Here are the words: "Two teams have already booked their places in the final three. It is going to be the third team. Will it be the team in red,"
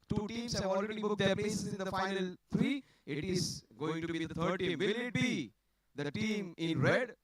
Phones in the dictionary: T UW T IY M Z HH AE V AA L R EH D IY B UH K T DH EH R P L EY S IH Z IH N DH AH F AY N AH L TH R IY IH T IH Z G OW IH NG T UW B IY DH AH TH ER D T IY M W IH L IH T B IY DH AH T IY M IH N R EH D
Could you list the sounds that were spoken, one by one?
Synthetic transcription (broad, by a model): T UW T IY M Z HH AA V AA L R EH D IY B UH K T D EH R P L EY S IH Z IH N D AH F AY N AH L T R IY IH T IH Z G OW IH NG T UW B IY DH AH T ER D T IY M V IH L IH T B IY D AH T IY M IH N R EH D